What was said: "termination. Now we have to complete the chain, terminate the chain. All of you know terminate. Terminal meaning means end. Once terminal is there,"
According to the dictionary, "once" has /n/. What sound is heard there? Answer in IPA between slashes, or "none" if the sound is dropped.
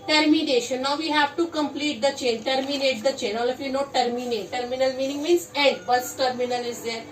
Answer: none